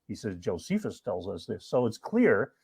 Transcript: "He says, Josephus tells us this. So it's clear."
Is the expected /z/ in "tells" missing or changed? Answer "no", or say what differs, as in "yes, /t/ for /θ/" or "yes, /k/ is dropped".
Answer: no